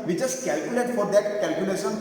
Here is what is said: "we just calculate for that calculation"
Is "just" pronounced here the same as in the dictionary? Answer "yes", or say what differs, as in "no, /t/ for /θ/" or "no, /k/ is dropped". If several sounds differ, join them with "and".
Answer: no, /tʃ/ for /dʒ/